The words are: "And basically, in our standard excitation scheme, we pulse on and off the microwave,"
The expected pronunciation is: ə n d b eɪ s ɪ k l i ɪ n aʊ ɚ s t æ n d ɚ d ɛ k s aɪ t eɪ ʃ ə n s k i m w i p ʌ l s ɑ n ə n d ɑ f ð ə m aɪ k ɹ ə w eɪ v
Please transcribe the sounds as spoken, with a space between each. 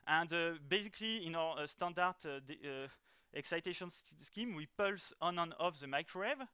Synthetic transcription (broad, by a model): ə n d b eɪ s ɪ k l i ɪ n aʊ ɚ s t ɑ n d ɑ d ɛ k s aɪ t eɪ ʃ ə n s k i m w i p ʌ l s ɑ n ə n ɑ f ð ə m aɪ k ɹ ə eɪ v